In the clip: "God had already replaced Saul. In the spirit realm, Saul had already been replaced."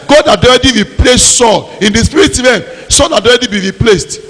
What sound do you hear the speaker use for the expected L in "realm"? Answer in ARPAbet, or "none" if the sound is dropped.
none